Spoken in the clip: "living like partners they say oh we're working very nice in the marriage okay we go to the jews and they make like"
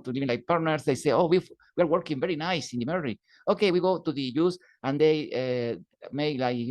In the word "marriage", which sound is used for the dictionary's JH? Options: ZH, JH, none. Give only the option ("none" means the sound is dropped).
none